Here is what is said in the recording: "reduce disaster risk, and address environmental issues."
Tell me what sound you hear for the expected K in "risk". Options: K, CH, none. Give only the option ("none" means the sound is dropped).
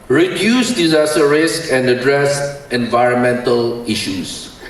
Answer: K